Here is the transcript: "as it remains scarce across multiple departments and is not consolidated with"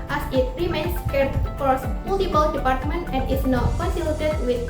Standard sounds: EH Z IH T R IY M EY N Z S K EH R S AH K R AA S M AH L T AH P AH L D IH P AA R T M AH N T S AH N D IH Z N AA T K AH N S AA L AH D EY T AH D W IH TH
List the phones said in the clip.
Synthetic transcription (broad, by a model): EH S IH T R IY M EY N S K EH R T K AA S M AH L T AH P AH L D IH P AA R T M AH N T AH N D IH S N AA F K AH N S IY L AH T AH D W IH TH